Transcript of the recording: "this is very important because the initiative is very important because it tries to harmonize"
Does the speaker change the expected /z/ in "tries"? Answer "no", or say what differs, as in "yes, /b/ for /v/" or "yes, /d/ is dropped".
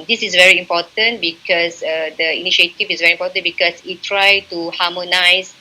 yes, /z/ is dropped